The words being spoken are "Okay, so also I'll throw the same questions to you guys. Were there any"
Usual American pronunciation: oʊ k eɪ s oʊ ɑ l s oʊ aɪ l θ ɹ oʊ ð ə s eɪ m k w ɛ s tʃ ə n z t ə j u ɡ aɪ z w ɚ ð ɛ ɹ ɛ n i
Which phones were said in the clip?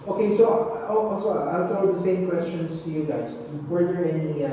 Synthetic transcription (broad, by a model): oʊ k eɪ s oʊ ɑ s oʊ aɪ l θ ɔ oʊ ð ə s eɪ m k w ɛ s tʃ ə n z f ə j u ɡ aɪ z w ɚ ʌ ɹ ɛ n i